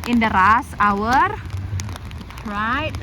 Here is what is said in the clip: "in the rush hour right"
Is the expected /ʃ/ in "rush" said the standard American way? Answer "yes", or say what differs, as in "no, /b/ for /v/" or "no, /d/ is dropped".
no, /s/ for /ʃ/